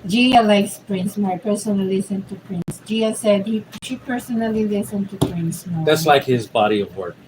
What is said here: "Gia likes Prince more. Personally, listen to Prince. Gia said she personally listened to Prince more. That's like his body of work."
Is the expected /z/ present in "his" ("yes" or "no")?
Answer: yes